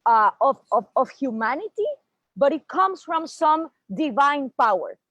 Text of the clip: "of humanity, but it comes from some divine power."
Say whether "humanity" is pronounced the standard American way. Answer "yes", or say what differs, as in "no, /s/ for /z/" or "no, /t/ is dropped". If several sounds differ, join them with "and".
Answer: yes